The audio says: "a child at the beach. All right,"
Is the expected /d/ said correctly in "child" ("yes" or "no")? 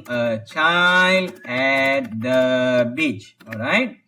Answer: yes